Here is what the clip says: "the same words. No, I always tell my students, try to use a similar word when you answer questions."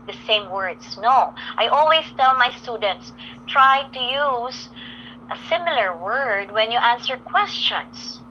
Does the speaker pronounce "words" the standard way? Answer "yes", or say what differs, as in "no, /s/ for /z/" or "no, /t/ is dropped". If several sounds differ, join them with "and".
no, /s/ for /z/